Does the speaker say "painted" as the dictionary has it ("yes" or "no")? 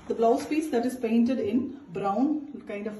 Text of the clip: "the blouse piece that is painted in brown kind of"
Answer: yes